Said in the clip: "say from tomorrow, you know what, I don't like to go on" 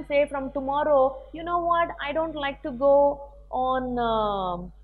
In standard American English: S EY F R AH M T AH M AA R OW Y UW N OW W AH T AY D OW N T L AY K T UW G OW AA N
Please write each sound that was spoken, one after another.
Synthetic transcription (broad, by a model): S EY F R AH M T AH M AA R OW Y UW N OW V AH T AY D OW N T L AY K T UW G OW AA N